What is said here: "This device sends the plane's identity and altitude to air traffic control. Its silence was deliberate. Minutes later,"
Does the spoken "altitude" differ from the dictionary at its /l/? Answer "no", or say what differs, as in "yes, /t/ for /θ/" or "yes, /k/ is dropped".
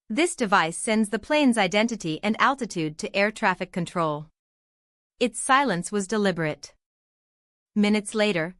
no